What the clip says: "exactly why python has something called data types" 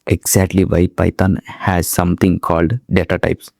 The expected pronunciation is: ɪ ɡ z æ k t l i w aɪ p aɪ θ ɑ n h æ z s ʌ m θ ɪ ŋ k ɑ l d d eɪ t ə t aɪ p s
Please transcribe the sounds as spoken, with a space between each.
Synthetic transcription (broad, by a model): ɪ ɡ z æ k t l i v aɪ p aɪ t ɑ n h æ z s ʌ m t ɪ ŋ k ɑ l d d eɪ t ə t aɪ p s